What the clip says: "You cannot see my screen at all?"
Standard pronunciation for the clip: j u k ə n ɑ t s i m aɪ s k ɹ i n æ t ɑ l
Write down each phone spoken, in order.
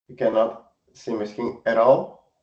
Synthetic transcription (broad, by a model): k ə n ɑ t s i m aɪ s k i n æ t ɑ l